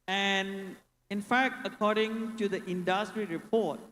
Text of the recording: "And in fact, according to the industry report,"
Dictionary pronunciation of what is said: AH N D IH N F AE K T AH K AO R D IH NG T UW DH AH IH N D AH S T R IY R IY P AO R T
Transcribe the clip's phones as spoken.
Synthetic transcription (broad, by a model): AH N IH N F AE K T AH K AO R D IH NG T UW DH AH IH N D AH S T R IY R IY P AO T